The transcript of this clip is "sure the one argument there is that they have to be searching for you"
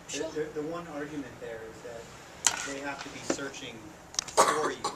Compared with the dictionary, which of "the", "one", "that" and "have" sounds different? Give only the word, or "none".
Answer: have